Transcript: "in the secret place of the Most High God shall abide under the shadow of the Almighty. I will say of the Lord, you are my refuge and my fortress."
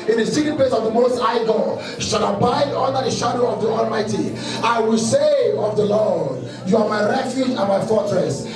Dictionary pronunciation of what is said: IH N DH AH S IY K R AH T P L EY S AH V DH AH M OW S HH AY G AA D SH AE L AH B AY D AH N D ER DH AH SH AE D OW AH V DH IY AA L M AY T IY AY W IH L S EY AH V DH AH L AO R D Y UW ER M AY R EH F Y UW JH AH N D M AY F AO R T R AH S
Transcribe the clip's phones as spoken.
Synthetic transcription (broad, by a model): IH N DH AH S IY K AH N P L EY S AH V DH AH M OW S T AY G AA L SH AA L AH B AY D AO N D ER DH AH SH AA D OW AH V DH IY AA L M AY T IY AY W IH L S EY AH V DH AH L AO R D Y UW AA M AY R EH F Y UW JH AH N M AY F AO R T R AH S